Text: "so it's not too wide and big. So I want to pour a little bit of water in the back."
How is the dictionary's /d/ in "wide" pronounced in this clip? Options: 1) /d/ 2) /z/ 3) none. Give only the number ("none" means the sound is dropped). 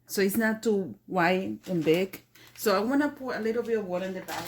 3